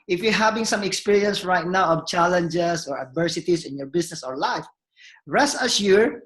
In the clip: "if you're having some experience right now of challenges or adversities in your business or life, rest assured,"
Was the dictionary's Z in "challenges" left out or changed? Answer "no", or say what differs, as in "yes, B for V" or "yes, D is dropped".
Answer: yes, S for Z